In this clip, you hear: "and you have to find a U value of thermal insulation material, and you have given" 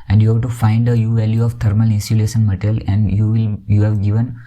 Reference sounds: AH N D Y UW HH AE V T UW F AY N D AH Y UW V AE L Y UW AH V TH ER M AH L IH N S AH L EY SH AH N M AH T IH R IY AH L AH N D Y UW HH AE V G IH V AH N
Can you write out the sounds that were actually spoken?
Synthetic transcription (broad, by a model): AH N D Y UW HH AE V T UW F AY N D AH Y UW V AE L Y UW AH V T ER M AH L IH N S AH L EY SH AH N M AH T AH L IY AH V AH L Y UW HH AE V G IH V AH N